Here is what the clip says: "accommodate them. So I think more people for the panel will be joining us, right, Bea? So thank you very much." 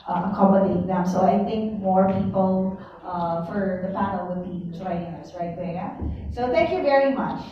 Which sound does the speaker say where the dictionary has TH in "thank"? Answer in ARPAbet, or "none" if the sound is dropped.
TH